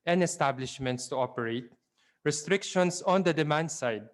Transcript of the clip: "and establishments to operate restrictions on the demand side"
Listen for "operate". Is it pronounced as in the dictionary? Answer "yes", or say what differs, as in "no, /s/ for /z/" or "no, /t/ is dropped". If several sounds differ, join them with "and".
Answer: yes